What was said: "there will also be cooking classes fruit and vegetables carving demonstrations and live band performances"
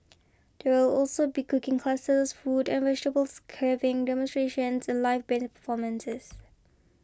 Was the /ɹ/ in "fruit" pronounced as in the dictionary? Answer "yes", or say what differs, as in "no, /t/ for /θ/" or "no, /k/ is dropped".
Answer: no, /ɹ/ is dropped